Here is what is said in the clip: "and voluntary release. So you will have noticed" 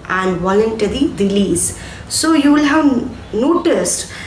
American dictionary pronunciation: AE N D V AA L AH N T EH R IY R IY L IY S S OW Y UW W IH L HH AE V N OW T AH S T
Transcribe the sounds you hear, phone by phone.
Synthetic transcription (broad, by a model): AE N D V AA L AH N T EH R IY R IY L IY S S OW Y UW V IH L HH AE V N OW T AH S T